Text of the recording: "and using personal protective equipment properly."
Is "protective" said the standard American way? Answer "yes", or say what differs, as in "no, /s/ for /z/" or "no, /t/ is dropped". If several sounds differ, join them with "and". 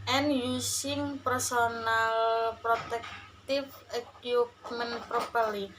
no, /f/ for /v/